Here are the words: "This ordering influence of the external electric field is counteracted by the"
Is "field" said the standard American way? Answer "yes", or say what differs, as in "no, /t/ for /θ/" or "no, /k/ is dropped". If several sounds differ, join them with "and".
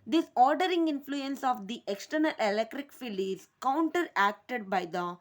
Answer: no, /d/ is dropped